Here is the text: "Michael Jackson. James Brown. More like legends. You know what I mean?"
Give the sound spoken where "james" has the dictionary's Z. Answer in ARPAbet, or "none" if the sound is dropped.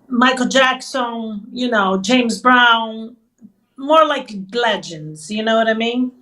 Z